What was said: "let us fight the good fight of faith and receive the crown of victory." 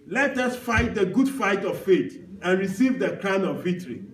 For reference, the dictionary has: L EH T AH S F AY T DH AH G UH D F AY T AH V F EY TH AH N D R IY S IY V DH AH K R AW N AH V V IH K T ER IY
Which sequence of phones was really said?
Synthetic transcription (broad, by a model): L EH T AH S F AY T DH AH G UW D F AY T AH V F EY T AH N R IY S IY V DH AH K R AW N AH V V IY K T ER IY